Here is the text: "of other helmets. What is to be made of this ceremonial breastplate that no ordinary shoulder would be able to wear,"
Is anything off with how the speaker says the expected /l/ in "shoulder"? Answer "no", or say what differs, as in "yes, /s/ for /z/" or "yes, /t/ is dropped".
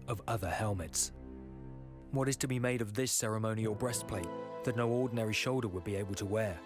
no